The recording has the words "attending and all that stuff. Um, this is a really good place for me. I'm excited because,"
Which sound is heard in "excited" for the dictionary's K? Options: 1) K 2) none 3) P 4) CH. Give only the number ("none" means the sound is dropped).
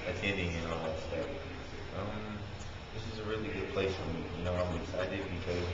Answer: 2